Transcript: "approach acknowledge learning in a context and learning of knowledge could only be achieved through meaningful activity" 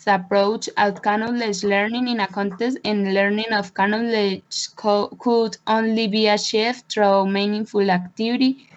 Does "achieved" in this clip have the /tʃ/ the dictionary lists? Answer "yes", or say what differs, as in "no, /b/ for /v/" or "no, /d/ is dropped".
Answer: no, /ʃ/ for /tʃ/